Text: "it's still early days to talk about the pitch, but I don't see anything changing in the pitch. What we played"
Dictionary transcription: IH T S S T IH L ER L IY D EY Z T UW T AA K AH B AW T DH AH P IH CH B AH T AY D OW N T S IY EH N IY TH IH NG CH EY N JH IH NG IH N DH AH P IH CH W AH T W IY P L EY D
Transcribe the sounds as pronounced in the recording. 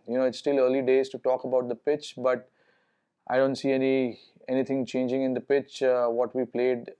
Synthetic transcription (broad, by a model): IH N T S T IH L ER L IY D EY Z T UW T AA K AH B AW T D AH P IH CH B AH T AY D OW N T S IY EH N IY T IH NG CH EY N JH IH NG IH N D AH P IH CH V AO T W IY P L EY D